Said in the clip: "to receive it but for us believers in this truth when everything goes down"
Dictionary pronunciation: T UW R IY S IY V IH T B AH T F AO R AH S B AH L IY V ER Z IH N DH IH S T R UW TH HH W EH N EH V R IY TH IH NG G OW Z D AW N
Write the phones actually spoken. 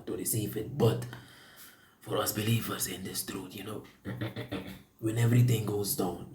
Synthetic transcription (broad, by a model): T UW R IY S IY V IH T B AH T F AO R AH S B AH L IY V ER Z IH N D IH S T R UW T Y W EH N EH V R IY T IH NG G OW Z D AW N